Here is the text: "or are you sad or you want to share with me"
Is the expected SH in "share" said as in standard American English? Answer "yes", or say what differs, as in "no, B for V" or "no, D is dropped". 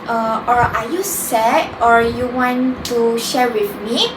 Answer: yes